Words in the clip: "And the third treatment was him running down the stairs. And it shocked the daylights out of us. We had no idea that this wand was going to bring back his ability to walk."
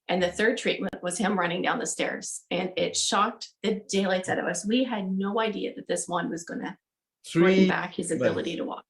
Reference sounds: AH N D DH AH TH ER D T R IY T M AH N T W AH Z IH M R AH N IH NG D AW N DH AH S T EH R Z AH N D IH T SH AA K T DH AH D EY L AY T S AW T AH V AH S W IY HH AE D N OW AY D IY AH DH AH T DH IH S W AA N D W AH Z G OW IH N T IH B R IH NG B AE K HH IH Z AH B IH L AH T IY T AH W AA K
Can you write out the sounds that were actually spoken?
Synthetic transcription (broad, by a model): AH N DH AH TH ER D T R IY T M AH N T W AH Z IH M R AH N IH NG D AW N DH AH S T EH R Z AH N IH T SH AA K T DH AH D EY L AY T S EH T AH V AH S W IY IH D N OW AY D IY AH DH AH T DH IH S W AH N W AH Z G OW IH N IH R R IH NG B AE K HH IH Z AH B IH L AH T IY T AH W AA K